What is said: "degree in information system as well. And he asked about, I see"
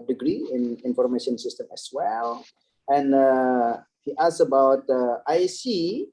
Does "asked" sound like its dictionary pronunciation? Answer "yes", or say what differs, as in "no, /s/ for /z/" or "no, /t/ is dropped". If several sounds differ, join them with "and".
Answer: no, /t/ is dropped